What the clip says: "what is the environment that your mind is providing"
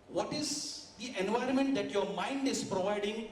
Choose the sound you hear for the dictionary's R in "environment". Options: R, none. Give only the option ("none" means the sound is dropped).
R